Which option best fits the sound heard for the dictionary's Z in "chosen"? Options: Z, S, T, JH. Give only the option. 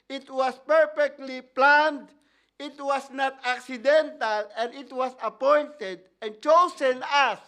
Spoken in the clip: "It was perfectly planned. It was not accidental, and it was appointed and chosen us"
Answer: S